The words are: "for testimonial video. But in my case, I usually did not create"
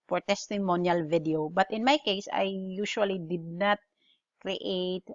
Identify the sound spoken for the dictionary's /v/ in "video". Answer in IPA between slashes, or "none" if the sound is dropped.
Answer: /v/